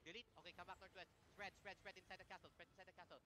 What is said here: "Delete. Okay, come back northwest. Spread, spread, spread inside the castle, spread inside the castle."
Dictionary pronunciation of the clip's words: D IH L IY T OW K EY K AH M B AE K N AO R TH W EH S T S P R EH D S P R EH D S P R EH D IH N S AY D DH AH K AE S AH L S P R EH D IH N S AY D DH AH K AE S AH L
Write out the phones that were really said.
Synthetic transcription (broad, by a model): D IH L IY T OW K EY K AH M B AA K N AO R T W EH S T S P R EH D S P R EH D S P R EH D IH N S AY D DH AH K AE S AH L S P R EH D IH N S AY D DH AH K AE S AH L